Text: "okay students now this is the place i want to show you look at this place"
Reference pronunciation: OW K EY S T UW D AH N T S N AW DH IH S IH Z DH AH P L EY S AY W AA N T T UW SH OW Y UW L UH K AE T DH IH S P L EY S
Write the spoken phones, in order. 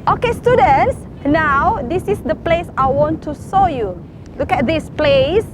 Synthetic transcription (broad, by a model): OW K EY S T UW D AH N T S N AW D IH S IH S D AH P L EY S AY W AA N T T UW S OW Y UW L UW K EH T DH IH S P L EY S